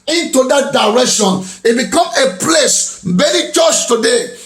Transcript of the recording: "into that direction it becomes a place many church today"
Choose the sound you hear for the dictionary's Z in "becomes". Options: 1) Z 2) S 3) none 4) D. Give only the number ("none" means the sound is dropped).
3